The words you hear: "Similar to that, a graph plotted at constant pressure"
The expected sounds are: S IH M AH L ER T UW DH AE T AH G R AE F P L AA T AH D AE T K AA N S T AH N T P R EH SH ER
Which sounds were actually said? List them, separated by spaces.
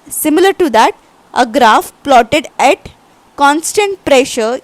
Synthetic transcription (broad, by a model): S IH M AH L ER T UW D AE T AH G R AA F P L AA T AH D AE T K AA N S T AH N T P R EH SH ER